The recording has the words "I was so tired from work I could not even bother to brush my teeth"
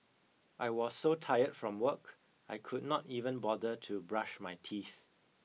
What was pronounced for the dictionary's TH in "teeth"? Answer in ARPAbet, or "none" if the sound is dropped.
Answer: TH